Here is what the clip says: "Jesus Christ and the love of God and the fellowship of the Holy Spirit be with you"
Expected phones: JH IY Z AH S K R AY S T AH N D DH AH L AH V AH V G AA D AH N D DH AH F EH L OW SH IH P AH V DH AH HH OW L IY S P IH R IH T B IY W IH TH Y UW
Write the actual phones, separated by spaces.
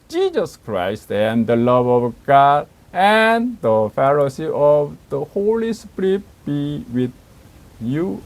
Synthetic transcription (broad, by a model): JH IY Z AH S K R AY S T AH N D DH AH L AH V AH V G AA D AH N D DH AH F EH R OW S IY AH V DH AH HH OW L IY S P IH R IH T B IY W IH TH Y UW